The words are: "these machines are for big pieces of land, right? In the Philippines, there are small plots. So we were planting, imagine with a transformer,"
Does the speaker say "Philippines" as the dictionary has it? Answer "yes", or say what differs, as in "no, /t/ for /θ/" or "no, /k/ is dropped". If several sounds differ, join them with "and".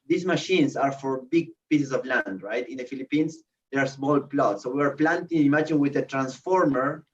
no, /s/ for /z/